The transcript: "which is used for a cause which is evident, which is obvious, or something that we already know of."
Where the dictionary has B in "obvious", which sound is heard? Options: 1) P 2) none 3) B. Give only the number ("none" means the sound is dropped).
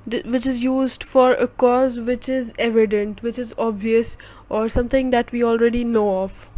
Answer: 3